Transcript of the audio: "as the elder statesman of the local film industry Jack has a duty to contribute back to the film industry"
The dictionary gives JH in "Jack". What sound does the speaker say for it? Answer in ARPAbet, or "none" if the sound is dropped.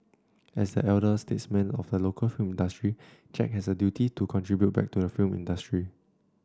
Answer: CH